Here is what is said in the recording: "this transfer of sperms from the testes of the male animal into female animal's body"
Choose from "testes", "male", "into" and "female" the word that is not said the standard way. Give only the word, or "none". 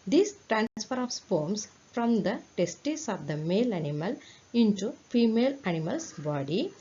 testes